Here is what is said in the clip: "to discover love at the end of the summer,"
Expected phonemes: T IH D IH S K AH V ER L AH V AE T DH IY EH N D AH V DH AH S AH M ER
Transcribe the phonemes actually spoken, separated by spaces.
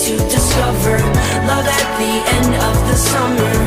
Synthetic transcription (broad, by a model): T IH D IH S K AH V ER L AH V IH T DH IY EH N D AH V DH AH S AH M ER